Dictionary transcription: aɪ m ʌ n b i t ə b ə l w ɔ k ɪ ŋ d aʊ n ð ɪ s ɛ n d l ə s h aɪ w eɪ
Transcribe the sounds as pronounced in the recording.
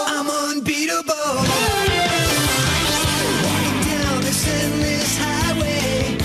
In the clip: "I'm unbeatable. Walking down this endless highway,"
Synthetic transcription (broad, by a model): aɪ m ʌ n b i t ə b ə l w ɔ ɪ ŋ d aʊ n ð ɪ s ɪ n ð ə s h aɪ w eɪ